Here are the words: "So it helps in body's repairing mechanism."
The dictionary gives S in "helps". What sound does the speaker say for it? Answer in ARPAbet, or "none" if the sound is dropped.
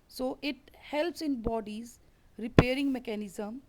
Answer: S